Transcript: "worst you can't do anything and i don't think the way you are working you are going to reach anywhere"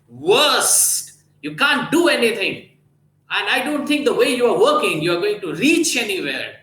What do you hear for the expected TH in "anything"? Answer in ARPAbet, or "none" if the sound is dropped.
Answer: T